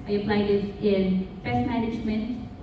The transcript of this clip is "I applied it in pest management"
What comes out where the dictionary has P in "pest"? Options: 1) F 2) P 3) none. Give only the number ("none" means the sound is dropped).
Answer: 1